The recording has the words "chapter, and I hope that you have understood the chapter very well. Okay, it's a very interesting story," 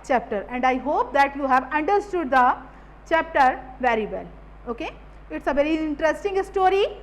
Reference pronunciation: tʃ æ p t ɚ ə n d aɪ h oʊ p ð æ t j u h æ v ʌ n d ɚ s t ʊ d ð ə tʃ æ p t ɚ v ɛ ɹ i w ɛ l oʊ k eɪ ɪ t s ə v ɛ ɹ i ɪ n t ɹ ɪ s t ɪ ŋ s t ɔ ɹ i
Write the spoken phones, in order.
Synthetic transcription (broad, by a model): tʃ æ p t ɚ ə n d aɪ h oʊ p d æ t j u h æ v ʌ n d ɚ s t ʊ d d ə tʃ æ p t ɚ v ɛ ɹ i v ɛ l oʊ k eɪ ɪ t s ə v ɛ ɹ i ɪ n t ɹ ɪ s t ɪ ŋ s t ɔ ɹ i